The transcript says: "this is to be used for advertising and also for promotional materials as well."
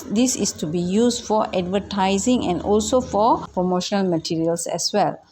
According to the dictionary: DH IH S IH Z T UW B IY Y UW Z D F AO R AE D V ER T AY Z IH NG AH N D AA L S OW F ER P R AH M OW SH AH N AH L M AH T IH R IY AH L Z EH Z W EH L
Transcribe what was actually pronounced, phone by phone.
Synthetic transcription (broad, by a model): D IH S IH S T UW B IY Y UW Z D F AO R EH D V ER T AY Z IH NG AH N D AA L S OW F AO P R AH M OW SH AH N AH L M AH T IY R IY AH L S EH S W EH L